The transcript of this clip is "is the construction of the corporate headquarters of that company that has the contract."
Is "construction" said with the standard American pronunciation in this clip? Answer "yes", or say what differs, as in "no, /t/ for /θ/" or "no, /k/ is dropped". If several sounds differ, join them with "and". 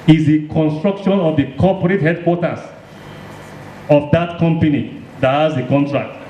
yes